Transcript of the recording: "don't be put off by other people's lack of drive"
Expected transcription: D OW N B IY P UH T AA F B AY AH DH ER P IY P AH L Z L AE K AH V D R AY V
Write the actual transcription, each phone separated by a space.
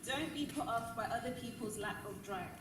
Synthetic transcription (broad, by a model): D OW N B IY P UH T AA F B AY AH DH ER P IY P AH L Z L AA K AH V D R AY